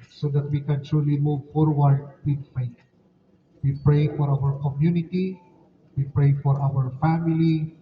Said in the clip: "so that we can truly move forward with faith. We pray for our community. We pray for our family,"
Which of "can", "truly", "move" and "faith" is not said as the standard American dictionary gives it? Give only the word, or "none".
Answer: faith